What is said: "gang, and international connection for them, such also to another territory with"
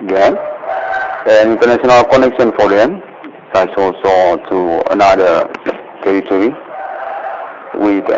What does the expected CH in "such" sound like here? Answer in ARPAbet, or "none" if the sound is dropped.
S